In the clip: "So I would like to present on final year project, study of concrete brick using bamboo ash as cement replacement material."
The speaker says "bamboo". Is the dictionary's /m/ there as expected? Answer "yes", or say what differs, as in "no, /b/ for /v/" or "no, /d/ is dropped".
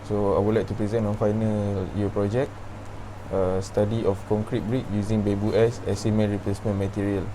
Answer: no, /m/ is dropped